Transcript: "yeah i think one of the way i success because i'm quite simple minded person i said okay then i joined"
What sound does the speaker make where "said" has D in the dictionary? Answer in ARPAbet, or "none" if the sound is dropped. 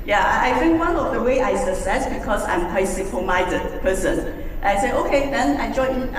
none